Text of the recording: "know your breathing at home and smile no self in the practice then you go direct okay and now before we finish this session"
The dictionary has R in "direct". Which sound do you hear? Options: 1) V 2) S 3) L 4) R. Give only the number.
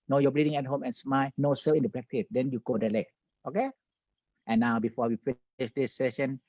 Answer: 3